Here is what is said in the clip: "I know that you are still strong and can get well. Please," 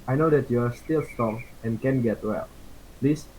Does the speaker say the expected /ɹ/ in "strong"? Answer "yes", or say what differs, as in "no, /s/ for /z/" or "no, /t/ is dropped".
no, /ɹ/ is dropped